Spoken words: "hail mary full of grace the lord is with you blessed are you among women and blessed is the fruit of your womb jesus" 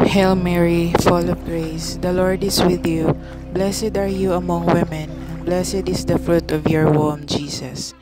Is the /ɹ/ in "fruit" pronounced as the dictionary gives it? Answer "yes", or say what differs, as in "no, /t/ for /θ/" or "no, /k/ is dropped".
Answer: yes